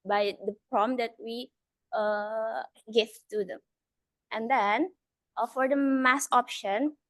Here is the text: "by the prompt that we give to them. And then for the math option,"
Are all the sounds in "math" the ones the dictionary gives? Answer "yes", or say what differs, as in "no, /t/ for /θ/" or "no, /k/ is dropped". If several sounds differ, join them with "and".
no, /s/ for /θ/